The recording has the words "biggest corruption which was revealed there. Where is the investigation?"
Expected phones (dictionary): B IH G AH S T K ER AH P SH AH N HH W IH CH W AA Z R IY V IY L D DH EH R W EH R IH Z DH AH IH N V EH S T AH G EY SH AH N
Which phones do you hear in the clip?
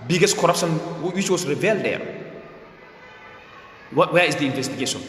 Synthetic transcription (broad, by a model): B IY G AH S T K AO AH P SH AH N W W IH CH W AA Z R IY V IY L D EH W W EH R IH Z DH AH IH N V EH S T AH G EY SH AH N